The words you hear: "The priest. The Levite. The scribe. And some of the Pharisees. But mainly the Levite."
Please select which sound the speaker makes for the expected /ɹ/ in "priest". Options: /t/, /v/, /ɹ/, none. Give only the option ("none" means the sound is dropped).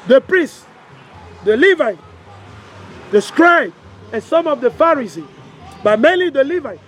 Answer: /ɹ/